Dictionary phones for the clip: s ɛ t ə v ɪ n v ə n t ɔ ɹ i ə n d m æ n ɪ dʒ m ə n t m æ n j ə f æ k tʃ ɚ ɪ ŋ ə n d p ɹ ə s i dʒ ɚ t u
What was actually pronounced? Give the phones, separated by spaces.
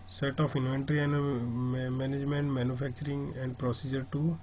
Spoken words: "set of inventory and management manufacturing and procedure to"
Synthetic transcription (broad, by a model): s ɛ t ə p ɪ n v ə n t ɹ i ə n d m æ n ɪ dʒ m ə n t m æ n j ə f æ k tʃ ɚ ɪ ŋ ə n d p ɹ ə s i dʒ ɚ t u